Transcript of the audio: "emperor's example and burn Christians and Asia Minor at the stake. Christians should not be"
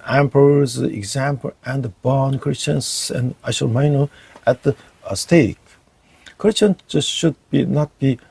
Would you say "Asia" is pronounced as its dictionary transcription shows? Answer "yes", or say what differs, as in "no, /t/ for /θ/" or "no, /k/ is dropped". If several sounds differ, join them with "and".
no, /ʃ/ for /ʒ/